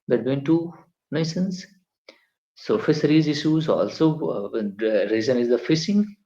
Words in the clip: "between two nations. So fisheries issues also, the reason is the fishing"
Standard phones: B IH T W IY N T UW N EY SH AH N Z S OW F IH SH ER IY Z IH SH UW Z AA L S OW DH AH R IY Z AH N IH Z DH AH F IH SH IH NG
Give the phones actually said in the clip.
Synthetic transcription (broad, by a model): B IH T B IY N T UW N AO S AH N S S OW F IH S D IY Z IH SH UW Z AA L S OW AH R IY Z AH N IH Z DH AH F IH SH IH NG